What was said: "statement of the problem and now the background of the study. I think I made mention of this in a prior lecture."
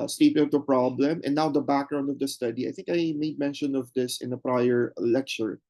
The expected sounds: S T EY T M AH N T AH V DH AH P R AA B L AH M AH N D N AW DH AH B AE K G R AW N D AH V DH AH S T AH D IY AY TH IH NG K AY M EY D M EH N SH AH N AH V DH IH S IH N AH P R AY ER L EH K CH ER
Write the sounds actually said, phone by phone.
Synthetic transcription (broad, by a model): S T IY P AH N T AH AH P R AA B L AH M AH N N AW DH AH B AE K G R AW N D AH V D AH S T AH D IY AY TH IH NG K AY M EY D M EH N SH AH N AH V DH IH S IH N AH P R AY ER L EH K CH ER